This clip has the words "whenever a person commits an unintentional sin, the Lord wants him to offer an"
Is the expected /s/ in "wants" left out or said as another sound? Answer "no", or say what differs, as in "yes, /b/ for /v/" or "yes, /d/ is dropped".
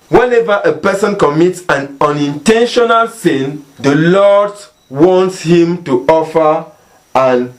no